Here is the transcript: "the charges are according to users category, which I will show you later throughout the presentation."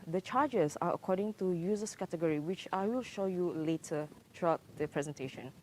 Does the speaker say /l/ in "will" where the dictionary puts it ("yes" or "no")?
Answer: yes